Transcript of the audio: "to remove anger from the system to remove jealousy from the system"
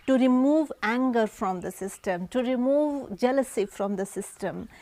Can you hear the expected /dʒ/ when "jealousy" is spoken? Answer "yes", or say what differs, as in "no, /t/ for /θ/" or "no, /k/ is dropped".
yes